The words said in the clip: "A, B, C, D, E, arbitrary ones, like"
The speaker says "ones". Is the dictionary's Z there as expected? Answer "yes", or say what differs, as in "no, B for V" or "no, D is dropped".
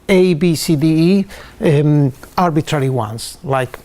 no, S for Z